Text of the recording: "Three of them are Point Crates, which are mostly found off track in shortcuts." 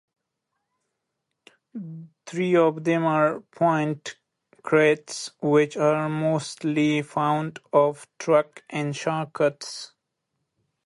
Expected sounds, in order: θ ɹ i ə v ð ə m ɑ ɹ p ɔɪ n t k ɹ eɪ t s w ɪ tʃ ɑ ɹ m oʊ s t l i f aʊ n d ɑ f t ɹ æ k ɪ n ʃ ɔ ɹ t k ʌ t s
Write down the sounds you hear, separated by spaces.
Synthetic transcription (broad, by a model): t ɹ i ə v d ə m ɑ ɹ p ɔɪ n t k ɹ eɪ t s w ɪ tʃ ɑ ɹ m oʊ s t l i f aʊ n d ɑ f t ɹ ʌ k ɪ n ʃ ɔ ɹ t k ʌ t s